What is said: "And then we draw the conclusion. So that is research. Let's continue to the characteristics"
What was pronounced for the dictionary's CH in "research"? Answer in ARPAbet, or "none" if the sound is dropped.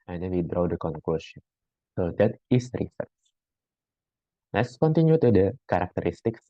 S